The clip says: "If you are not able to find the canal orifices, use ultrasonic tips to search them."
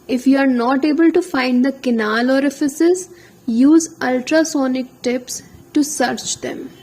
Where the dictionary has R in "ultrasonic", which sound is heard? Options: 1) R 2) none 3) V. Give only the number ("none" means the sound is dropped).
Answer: 1